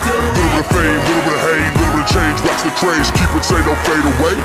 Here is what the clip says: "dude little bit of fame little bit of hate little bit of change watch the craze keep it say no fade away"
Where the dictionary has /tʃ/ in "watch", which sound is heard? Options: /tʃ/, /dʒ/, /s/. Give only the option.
/s/